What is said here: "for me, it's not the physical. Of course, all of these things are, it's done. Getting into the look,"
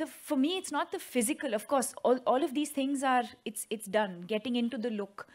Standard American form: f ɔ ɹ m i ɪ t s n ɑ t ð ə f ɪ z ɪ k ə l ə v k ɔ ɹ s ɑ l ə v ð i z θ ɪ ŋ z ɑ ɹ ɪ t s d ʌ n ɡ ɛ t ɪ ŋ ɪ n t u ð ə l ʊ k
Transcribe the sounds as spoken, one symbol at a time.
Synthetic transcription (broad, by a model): f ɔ ɹ m i ɪ t s n ɑ t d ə f ɪ z ɪ k ə l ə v k ɔ ɹ s ɑ l ə v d i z t ɪ ŋ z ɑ ɹ ɪ t s d ʌ n ɡ ɛ t ɪ ŋ ɪ n t u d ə l ʊ k